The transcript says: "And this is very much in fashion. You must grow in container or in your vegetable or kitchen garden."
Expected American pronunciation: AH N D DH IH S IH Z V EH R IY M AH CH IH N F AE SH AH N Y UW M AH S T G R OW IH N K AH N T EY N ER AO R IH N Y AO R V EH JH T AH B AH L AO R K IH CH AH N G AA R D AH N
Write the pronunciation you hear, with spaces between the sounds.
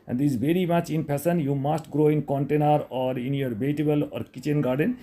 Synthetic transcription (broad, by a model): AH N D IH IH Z V EH R IY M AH CH IH N P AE S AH N Y UW M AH S T G R OW IH N K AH N T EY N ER AO R IH N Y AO R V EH T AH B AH L AO R K IH CH AH N G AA R D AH N